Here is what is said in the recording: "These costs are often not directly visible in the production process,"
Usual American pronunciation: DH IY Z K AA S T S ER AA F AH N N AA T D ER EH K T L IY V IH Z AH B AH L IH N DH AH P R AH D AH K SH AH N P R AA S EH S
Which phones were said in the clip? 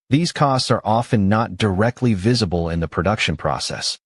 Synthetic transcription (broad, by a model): DH IY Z K AA S T S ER AA F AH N N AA T D ER EH K T L IY V IH Z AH B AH L IH N DH AH P R AH D AH K SH AH N P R AA S EH S